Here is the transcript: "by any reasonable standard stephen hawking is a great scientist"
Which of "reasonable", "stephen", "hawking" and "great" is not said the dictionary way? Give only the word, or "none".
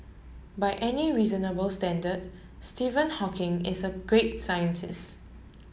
none